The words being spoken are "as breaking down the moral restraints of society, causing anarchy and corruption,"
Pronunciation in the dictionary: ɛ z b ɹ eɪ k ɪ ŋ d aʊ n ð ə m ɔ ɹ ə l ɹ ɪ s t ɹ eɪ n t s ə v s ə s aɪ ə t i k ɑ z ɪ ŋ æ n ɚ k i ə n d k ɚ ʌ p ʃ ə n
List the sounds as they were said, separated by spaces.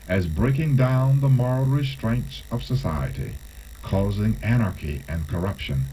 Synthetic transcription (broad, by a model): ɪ z b ɹ eɪ k ɪ ŋ d aʊ n ð ə m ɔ ɹ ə l ɹ ɪ s t ɹ eɪ n t s ə v s ə s aɪ ə t i k ɑ z ɪ ŋ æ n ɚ k i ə n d k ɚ ʌ p ʃ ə n